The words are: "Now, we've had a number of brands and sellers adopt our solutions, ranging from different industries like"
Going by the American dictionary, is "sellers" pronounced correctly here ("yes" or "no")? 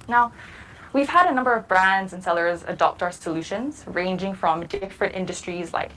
yes